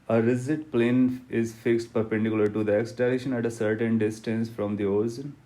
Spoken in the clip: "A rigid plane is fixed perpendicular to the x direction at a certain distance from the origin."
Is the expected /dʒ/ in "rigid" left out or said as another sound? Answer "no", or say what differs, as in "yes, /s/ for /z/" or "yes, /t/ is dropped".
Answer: yes, /z/ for /dʒ/